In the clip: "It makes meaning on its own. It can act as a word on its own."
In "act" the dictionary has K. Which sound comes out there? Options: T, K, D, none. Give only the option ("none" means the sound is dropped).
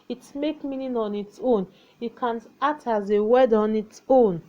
none